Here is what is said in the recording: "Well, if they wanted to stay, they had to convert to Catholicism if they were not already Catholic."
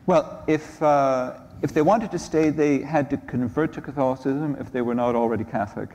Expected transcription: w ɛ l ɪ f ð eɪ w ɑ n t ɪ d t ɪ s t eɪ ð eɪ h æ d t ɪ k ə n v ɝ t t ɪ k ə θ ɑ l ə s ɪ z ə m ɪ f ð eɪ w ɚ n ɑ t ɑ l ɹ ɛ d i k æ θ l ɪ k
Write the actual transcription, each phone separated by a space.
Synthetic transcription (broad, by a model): w ɛ l ɪ f ð eɪ w ɑ n t ɪ d t ɪ s t eɪ ð eɪ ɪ d t ɪ k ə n v ɝ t t ɪ k ə θ ɑ l ə s ɪ z ə m ɪ f ð eɪ w ɚ n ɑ t l ɹ ɛ d i k æ θ l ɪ k